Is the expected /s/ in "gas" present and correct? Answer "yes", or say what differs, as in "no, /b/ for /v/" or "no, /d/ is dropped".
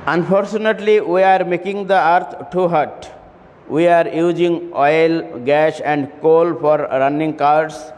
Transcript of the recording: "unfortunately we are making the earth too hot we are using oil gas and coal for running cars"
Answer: no, /ʃ/ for /s/